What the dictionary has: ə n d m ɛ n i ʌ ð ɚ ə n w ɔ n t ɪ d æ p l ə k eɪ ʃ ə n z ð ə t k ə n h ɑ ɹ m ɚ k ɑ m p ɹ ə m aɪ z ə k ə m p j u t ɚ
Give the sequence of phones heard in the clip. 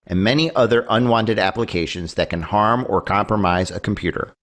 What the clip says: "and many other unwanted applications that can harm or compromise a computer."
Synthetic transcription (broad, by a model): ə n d m ɛ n i ʌ ð ɚ ə n w ɔ n t ɪ d æ p l ə k eɪ ʃ ə n z ð ə t k ə n h ɑ ɹ m ɚ k ɑ m p ɹ ə m aɪ z ə k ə m p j u t ɚ